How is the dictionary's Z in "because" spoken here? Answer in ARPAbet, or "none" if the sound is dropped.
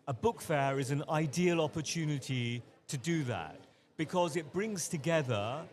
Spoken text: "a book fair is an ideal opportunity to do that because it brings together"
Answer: Z